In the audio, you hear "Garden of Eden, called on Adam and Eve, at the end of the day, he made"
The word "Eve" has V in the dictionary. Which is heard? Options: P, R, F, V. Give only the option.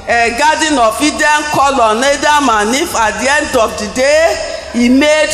F